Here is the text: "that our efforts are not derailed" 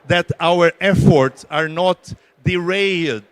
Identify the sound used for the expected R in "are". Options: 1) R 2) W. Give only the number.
1